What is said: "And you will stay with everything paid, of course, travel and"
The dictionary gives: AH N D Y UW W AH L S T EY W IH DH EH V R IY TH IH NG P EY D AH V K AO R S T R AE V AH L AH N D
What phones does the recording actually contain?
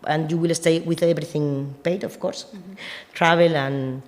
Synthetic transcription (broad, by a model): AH N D Y UW W AH L S T EY W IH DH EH B R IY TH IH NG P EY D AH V K AO R S T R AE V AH L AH N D